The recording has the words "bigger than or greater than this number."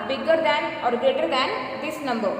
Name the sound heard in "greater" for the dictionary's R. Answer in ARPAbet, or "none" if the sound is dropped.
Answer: none